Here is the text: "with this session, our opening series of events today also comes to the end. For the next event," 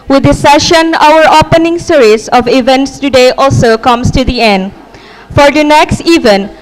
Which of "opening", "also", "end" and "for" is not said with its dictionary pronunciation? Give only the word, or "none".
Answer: none